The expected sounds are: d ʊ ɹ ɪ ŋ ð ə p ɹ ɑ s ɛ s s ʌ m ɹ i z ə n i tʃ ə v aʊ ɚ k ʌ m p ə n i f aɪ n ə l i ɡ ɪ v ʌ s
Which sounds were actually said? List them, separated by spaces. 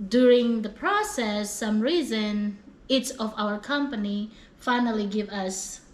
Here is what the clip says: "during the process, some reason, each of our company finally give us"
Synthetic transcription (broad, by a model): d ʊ ɹ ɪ ŋ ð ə p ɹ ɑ s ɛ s s ʌ m ɹ i z ə n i s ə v aʊ ɚ k ʌ m p ə n i f aɪ n ə l i ɡ ɪ v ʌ s